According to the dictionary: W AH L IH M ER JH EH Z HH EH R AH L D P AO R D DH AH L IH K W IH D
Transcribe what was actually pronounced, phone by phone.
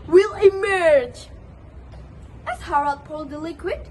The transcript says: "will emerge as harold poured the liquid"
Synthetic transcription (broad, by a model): W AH L IH M ER JH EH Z HH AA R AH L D P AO L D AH L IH K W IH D